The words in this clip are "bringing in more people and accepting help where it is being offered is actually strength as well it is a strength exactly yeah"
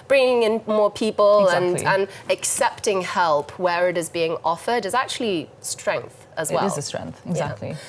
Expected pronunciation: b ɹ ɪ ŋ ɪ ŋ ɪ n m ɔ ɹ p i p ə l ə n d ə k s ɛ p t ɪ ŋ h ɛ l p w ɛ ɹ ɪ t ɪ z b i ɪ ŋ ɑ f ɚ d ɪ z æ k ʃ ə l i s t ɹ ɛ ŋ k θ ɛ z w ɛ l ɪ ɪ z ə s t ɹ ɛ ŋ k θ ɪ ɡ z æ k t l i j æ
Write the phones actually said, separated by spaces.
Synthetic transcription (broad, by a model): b ɹ ɪ ŋ ɪ ŋ ɪ n m ɔ p i p ə l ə n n ə k s ɛ p t ɪ ŋ h ɛ l p w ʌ ɹ ɪ t ɪ z b i ɪ ŋ ɑ f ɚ d ɪ z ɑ k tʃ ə l i s t ɹ ɛ ŋ k θ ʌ z w ɛ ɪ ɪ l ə s t ɹ ɛ ŋ k θ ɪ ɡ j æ t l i